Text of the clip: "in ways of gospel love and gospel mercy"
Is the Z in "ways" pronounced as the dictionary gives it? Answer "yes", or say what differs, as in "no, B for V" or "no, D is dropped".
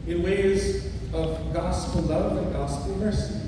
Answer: yes